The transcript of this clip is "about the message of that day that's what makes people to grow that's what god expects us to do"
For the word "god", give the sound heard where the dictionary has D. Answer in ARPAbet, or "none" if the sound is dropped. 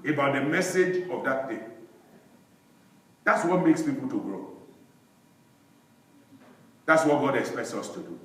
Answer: D